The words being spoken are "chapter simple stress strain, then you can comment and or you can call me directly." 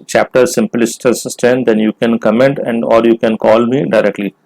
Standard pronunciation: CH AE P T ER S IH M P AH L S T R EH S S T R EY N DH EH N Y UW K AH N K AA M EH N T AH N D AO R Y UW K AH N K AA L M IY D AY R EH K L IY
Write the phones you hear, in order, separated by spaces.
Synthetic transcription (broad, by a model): CH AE P T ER S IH M P L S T EH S S T EY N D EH N Y UW K AH N K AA M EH N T AH N D AO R Y UW K AH N K AA L M IY D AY R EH K L IY